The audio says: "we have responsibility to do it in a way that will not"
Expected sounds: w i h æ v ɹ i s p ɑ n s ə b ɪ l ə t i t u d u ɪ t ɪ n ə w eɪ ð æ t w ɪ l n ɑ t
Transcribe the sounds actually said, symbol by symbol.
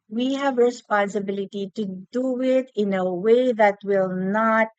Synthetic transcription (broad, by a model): w i h æ v ɹ i s p ɑ n s ə b ɪ l ə t i t u d u ɪ t ɪ n ə w eɪ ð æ t w ɪ l n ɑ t